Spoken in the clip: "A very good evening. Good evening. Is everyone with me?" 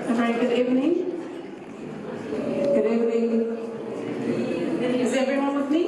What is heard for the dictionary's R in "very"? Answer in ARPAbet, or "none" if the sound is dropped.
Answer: none